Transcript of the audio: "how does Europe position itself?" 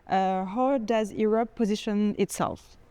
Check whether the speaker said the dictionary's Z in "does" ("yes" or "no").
yes